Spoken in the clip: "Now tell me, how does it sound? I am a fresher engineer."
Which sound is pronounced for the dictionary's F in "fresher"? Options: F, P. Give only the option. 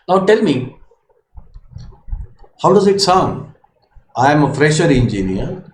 F